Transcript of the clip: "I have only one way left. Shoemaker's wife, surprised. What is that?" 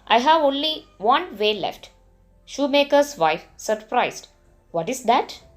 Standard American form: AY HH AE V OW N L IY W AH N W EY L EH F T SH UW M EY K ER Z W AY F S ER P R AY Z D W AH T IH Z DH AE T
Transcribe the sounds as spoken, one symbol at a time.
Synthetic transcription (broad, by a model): AY HH AE V OW N L IY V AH N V EY L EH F T SH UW M EY K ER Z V AY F S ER P R AY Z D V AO T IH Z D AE T